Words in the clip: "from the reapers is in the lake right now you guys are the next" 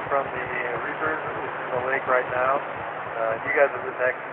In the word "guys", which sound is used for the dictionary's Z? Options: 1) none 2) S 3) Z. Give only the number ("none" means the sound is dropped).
3